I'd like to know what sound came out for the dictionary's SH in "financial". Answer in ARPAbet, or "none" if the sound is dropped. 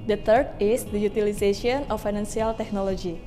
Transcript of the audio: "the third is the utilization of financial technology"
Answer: S